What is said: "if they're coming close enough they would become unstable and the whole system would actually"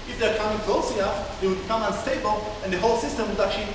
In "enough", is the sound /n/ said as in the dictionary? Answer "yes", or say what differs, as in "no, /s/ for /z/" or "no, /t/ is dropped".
no, /n/ is dropped